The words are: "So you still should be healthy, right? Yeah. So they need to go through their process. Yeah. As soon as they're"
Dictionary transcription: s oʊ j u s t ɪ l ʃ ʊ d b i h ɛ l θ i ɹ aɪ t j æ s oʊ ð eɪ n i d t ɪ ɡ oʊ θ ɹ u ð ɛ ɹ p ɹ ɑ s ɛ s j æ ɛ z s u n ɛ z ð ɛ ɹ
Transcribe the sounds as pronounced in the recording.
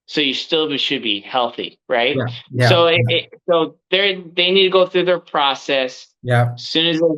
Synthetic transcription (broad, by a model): s oʊ j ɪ s t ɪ l ʃ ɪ d b i h ɛ l θ i ɹ aɪ t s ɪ s oʊ ð eɪ n i d t ɪ ɡ oʊ θ ɹ u ð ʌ ɹ p ɹ ɑ s ɛ s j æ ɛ s u n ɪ z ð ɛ